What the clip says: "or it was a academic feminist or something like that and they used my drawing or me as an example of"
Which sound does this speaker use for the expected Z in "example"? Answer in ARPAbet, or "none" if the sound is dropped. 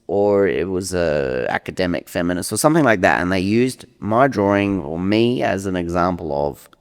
Z